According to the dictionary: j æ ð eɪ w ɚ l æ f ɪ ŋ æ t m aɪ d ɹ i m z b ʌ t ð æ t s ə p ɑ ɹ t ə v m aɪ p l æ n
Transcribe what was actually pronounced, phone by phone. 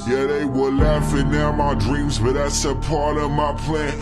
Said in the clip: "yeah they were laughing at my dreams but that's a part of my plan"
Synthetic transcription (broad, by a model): j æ ð eɪ w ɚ l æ f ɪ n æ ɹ m aɪ d ɹ i m z b ʌ t ð æ t s ə p ɑ ɹ t ə v m aɪ p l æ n